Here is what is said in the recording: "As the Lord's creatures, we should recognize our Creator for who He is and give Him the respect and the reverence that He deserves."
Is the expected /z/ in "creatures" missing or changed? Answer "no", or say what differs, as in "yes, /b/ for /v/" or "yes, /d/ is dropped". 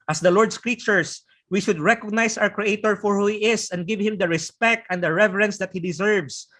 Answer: yes, /s/ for /z/